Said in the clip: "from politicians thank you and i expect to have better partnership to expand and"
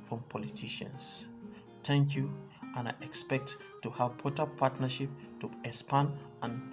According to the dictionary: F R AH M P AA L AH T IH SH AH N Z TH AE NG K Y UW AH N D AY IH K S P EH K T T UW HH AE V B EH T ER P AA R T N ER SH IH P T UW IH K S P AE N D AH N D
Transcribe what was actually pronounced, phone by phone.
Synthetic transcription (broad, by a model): F R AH M P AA L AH T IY SH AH N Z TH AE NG K Y UW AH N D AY IH K S P EH K T T UW HH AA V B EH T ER P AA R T N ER SH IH P T UW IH S P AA N AH N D